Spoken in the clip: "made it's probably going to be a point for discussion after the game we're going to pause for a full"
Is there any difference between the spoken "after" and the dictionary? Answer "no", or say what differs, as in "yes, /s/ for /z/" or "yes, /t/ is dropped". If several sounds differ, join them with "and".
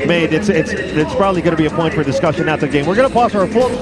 yes, /f/ is dropped